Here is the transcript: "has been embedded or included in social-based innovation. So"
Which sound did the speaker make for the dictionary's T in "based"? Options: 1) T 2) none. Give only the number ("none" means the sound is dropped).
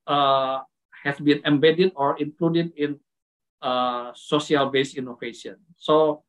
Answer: 2